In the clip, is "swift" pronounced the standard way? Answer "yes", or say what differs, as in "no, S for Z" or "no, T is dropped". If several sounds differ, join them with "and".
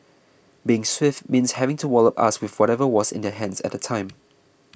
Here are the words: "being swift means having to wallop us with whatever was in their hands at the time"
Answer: yes